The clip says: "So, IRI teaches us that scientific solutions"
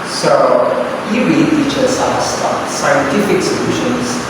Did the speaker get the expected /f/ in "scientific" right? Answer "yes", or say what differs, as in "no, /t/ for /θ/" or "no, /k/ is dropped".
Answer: yes